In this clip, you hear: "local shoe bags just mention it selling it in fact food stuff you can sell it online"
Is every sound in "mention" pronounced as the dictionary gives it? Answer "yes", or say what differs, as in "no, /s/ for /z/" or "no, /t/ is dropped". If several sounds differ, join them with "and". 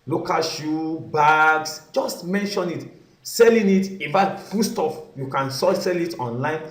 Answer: yes